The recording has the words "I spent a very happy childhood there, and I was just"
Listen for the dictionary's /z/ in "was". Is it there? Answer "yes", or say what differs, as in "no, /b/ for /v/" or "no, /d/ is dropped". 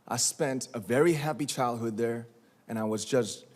yes